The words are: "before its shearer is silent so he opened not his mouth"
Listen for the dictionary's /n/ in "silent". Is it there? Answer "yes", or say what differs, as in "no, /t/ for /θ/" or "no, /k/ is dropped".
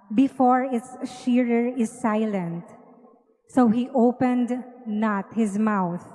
yes